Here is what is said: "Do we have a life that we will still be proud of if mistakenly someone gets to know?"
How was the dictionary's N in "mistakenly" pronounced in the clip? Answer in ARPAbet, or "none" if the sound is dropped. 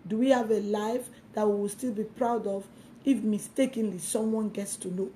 N